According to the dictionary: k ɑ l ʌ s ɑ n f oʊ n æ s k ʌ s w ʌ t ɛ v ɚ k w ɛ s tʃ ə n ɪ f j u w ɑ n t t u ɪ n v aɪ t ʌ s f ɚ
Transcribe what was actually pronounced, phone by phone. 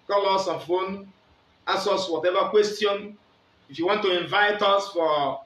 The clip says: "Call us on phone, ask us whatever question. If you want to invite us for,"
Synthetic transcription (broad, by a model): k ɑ l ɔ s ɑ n f oʊ n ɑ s ʌ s w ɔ t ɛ v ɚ k w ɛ s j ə n ɪ f j u w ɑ n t t u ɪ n v aɪ t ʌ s f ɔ